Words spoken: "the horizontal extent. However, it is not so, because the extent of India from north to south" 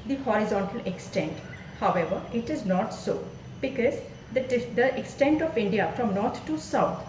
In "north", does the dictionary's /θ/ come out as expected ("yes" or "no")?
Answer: no